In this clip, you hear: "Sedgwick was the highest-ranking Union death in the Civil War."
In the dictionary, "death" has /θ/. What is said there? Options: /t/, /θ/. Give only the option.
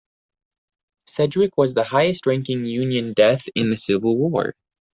/θ/